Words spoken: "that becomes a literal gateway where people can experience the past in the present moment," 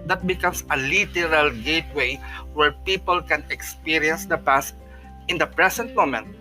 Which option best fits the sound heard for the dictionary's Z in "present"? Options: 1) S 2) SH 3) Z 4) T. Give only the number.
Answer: 1